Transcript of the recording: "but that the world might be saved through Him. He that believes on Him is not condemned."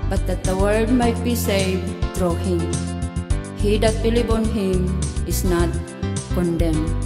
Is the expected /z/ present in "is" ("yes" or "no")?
no